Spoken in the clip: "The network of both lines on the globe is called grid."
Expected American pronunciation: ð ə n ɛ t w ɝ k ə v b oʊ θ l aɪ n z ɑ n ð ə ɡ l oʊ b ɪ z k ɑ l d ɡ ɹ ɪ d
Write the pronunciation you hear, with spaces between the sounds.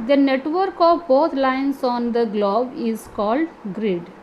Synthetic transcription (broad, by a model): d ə n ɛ t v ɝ k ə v b oʊ t l aɪ n s ɑ n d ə ɡ l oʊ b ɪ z k ɑ l d ɡ ɹ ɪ d